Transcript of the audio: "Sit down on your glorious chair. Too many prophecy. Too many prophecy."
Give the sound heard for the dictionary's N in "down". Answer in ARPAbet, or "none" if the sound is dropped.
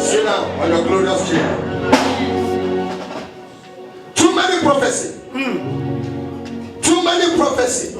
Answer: none